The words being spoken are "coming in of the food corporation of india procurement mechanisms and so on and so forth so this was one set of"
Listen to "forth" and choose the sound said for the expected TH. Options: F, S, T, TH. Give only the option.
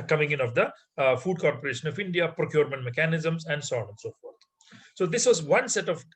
T